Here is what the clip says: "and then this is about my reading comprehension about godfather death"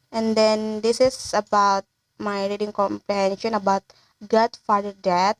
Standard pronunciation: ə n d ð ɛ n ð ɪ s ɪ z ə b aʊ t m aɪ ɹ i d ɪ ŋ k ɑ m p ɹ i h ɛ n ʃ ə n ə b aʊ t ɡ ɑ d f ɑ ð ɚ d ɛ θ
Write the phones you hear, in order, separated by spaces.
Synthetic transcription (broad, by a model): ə n d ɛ n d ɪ s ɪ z ə b aʊ t m aɪ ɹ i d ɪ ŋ k ɑ m p ɹ i h ɛ n ʃ ə n ə b aʊ t ɡ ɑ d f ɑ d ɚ d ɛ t